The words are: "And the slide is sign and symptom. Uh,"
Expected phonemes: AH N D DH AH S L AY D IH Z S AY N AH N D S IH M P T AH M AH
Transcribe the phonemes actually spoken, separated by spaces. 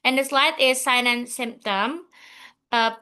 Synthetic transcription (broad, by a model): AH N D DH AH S L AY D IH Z S AY N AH N S IH M P T AH M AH